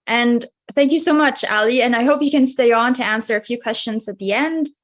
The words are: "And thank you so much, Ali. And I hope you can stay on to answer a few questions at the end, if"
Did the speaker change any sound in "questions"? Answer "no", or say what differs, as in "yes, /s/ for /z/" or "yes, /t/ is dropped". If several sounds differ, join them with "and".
no